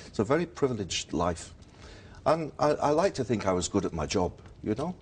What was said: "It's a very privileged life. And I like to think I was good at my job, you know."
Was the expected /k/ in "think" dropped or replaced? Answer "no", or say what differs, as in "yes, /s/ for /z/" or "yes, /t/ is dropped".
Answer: no